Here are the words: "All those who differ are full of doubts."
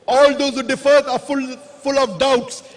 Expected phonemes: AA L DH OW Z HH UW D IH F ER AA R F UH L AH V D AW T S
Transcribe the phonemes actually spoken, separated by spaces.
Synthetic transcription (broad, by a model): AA L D OW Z HH UW D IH F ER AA L F UH L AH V D AW T S